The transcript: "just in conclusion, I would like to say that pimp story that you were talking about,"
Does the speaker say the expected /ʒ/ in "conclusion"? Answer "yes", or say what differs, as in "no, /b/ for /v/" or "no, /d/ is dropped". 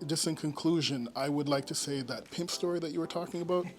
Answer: yes